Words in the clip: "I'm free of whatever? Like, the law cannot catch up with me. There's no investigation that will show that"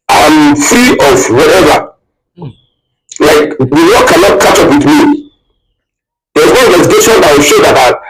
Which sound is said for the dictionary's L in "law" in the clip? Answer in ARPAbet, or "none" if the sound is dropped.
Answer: W